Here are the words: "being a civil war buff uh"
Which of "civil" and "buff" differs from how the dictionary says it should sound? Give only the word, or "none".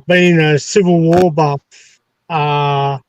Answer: buff